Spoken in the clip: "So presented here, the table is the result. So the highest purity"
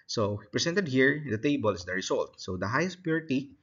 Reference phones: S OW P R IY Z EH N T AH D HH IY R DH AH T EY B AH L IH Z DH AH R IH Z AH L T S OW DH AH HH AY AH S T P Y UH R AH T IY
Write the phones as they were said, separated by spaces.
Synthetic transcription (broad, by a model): S OW P R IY S EH N T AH D HH IY R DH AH T EY B AH L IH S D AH R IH S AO L T S OW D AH HH AY AH S T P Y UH R T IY